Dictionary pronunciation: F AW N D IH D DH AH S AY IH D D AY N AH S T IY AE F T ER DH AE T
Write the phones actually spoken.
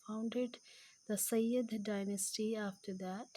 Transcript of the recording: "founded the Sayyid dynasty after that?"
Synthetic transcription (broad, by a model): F AW N D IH D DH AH S AY IH D D AY N AH S T IY AE F T ER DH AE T